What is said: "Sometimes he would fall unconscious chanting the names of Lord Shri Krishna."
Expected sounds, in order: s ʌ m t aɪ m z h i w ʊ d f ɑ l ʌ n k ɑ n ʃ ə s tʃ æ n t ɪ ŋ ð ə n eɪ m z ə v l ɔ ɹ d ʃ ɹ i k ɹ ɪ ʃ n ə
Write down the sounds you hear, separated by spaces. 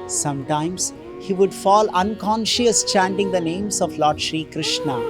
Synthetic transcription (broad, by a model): s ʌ m t aɪ m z h i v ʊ d f ɑ l ʌ n k ɑ n ʃ ə s tʃ æ n t ɪ ŋ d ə n eɪ m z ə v l ɔ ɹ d ʃ ɹ i k ɹ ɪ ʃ n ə